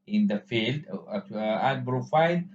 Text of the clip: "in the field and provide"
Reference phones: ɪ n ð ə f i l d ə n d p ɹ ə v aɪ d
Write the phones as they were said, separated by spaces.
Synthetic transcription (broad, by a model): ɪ n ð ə f i l d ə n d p ɹ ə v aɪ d